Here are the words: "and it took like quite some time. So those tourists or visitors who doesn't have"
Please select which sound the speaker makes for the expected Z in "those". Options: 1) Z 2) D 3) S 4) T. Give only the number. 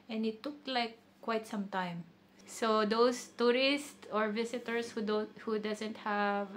3